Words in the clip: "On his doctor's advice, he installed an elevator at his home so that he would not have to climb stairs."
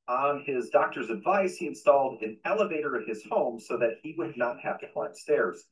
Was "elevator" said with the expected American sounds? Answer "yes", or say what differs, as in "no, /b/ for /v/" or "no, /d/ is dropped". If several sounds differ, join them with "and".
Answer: yes